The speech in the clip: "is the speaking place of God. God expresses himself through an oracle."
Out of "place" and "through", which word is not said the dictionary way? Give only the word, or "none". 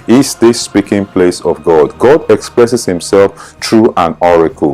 through